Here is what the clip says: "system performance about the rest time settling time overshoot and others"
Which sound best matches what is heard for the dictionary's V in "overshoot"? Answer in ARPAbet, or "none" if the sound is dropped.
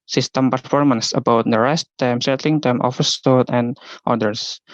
F